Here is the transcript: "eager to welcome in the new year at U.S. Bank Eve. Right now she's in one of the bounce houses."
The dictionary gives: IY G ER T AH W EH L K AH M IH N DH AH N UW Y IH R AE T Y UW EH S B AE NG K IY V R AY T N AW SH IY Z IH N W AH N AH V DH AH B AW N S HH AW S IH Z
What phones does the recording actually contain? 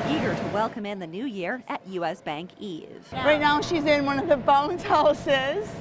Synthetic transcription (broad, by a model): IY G ER T AH W EH L K AH M IH N DH AH N UW Y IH R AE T Y UW EH S B AE NG K IY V R AY T N AW SH IY Z IH N W AH N AH V DH AH B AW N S HH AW S IH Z